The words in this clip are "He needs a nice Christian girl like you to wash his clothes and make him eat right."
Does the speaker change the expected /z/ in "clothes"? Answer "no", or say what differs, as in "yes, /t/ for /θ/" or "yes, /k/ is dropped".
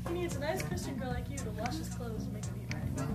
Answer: yes, /z/ is dropped